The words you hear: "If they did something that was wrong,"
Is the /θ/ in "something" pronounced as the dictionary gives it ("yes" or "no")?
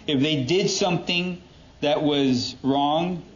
yes